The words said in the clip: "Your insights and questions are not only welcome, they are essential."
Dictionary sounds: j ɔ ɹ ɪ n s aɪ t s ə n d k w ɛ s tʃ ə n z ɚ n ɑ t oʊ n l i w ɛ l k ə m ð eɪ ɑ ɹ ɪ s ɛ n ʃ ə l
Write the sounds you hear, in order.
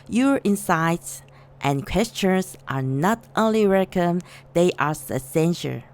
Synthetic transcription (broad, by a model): j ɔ ɹ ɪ n s aɪ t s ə n k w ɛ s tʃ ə n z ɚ n ɑ t oʊ n l i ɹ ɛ k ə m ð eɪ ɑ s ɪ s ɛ n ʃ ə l